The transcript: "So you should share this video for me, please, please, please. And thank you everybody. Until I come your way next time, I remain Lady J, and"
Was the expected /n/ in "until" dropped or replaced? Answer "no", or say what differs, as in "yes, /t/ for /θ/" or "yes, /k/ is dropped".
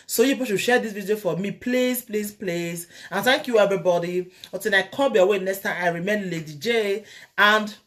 yes, /n/ is dropped